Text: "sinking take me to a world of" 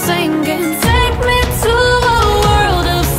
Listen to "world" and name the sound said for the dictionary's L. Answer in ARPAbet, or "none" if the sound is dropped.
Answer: L